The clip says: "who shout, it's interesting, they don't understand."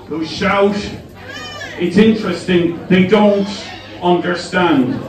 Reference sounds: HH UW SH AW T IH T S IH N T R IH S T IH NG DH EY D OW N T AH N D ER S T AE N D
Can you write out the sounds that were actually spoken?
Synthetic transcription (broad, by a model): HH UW SH AW T IH T S IH N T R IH S T IH NG DH EY D OW N T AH N D ER S T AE N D